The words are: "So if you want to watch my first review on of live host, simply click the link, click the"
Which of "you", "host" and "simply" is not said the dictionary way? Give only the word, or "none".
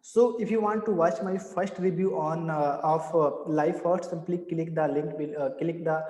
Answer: host